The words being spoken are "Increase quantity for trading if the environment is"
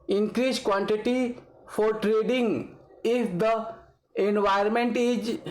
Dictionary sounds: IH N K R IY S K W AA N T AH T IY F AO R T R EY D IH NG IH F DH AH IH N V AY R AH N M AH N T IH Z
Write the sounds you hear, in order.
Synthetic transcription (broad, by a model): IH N K R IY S K W AA N T AH T IY F AO R T R EY D IH NG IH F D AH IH N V AY AH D M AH N T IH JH